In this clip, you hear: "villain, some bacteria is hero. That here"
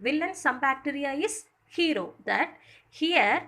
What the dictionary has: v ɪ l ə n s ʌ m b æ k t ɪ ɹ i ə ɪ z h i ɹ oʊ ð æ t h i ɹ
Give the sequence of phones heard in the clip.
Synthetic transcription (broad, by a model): v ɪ l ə n s ʌ m b æ k t ɪ ɹ i ə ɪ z h i ɹ oʊ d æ t h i ɹ